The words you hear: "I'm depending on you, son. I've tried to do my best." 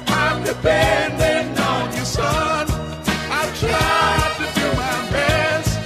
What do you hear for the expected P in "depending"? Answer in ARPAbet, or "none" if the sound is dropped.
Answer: B